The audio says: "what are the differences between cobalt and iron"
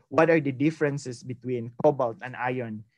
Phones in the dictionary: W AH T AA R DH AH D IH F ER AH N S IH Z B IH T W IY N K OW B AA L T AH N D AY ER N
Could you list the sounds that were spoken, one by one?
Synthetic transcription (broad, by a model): W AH T AA R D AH D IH F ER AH N S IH S B IH T W IY N K OW B AA L T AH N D AY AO N